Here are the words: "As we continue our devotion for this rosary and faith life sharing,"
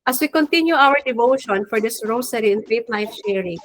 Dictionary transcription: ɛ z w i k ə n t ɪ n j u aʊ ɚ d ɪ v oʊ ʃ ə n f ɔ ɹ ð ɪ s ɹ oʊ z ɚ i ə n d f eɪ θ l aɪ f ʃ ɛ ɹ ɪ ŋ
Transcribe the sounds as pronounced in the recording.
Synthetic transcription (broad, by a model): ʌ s w i k ə n t ɪ n j u aʊ ɚ d ɪ v oʊ ʃ ə n f ɔ ɹ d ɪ s ɹ oʊ s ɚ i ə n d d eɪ t l aɪ f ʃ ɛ ɹ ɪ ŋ